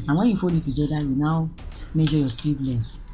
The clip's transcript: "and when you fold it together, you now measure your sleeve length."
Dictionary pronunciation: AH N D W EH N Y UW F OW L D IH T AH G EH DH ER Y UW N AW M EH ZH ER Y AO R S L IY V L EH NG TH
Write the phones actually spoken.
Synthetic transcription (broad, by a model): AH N W EH N Y UW F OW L IH T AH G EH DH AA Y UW N AW M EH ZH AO Y AO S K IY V L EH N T